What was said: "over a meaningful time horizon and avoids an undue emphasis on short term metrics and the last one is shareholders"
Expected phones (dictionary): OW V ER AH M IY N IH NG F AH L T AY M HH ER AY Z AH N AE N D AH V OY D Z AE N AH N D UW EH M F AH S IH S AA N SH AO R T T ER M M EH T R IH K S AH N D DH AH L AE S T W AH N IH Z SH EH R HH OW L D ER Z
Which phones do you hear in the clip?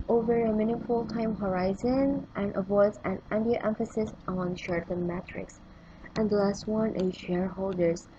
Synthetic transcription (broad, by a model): OW V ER AH M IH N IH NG F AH L T AY M HH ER AY Z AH N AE N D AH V OY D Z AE N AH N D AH EH M F AH S IH S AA N SH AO R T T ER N M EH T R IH K S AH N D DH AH L AE S T W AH N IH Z SH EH R HH OW L D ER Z